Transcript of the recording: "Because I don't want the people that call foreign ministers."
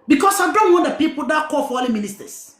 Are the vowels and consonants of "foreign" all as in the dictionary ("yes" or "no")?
no